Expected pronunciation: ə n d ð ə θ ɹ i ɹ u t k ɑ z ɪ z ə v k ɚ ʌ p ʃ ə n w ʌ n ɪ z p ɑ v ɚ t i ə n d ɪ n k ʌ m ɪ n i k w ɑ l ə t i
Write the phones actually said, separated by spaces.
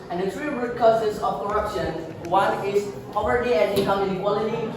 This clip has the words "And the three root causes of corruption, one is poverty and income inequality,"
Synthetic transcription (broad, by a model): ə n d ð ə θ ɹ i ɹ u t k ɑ s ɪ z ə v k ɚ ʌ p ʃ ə n w ʌ n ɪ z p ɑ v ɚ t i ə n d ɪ k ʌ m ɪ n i k w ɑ l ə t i